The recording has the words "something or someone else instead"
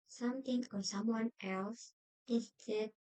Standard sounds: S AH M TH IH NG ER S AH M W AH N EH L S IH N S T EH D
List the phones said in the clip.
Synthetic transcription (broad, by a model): S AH M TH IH NG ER S AH M W AH N EH L S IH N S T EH